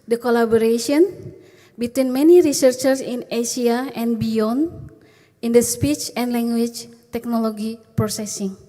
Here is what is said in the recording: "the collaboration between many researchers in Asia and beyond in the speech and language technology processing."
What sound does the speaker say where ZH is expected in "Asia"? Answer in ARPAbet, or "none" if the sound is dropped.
S